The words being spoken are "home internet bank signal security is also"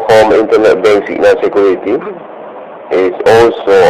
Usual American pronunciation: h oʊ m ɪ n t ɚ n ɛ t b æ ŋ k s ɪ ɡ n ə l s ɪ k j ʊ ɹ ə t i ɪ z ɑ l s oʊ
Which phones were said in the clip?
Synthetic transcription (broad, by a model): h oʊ m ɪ n t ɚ n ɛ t b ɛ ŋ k s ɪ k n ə n s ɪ k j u ɹ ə t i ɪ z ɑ l s oʊ